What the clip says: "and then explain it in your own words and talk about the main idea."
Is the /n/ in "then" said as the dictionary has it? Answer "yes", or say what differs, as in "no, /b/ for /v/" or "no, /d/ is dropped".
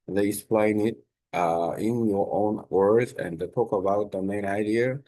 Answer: no, /n/ is dropped